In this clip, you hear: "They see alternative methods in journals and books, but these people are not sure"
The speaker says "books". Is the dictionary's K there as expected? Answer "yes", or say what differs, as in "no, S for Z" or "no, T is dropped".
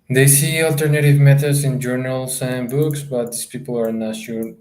yes